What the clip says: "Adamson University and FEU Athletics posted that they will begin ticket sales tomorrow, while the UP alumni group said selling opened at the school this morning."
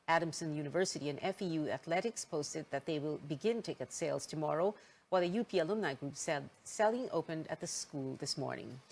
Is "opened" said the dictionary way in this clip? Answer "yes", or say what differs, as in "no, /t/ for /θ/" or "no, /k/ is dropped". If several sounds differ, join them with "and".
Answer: yes